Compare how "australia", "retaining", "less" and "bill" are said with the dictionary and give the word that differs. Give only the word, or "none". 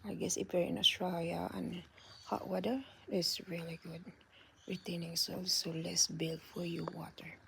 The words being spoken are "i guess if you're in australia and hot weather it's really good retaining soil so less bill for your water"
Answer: australia